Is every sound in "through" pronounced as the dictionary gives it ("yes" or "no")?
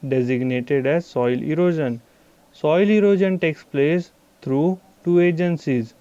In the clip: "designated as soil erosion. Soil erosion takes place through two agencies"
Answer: no